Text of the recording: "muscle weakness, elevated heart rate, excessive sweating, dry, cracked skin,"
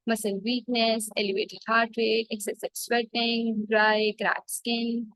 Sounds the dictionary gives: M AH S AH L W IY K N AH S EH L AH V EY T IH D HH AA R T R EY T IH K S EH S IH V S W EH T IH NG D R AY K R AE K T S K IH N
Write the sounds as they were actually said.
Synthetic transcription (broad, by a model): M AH S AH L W IY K N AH S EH L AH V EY T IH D HH AA R T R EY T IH K S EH S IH B S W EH T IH NG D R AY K R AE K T S K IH N